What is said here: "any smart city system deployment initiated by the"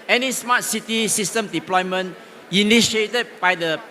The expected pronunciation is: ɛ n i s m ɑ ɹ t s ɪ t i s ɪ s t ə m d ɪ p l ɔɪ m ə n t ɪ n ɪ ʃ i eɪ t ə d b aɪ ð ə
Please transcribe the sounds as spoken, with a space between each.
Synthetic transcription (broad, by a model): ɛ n i s m ɑ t s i t i s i s t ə m d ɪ p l ɔɪ m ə n ɪ n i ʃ i eɪ t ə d b aɪ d ə